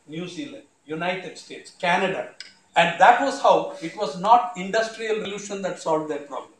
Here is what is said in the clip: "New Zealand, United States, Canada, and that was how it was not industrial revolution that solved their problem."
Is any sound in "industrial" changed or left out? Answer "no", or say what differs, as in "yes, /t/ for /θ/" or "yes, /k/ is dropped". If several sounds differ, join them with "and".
no